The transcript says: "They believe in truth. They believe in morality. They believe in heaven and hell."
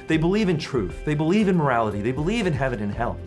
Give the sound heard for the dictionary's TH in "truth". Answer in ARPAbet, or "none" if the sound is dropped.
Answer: TH